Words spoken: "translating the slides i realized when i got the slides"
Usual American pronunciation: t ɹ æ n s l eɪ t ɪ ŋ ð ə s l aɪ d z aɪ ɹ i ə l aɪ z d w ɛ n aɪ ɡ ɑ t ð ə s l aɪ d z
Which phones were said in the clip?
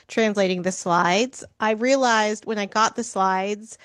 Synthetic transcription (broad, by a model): t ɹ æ n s l eɪ t ɪ ŋ ð ə s l aɪ d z aɪ ɹ i ə l aɪ z d w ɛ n aɪ ɡ ɑ t ð ə s l aɪ d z